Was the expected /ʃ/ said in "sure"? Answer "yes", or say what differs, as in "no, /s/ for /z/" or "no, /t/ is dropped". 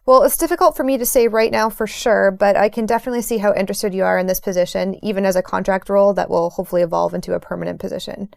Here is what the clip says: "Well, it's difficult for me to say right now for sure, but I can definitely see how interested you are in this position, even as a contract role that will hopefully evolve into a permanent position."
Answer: yes